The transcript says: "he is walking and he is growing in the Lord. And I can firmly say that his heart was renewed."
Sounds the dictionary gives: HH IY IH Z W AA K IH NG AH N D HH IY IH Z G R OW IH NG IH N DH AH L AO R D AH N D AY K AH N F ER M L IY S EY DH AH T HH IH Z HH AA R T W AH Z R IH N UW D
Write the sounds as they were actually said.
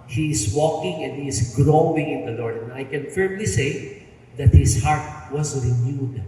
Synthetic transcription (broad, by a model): HH IY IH S W AA K IH NG AH N D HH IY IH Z G R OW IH NG IH N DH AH L AO R D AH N AY K AH N F ER M L IY S EY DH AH T HH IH S HH AA R T W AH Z R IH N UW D